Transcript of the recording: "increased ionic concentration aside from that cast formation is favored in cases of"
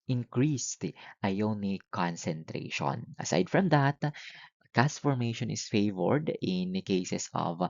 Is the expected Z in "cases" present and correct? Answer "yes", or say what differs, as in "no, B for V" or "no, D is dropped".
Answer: no, S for Z